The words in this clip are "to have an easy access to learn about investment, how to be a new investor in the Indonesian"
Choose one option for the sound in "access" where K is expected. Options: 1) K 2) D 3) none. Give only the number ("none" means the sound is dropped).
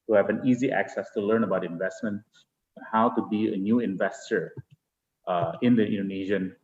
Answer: 1